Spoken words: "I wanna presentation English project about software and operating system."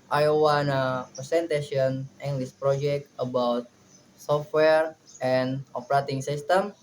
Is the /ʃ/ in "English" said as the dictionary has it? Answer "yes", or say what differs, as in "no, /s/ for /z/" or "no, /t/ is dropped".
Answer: no, /s/ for /ʃ/